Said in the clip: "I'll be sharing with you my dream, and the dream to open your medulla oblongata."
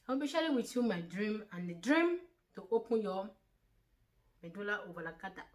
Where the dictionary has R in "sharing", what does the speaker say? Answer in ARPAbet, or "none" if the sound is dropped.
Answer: L